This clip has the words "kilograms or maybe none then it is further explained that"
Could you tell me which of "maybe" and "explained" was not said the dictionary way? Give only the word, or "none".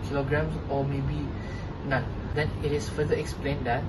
none